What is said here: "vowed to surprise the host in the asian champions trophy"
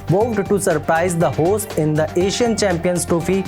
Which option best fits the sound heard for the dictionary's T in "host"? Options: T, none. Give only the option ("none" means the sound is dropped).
T